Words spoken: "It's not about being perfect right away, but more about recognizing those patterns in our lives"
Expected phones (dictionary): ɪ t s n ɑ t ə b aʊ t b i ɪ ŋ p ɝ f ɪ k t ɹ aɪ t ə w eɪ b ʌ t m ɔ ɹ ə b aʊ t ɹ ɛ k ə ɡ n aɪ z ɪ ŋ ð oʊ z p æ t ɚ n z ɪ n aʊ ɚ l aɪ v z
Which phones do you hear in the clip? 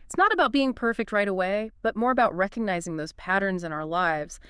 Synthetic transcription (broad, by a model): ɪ t s n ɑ t ə b aʊ t b i ɪ ŋ p ɝ f ɪ k t ɹ aɪ t ə w eɪ b ʌ t m ɔ ɹ ə b aʊ t ɹ ɛ k ə ɡ n aɪ z ɪ ŋ ð oʊ z p æ t ɚ n z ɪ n aʊ ɚ l aɪ v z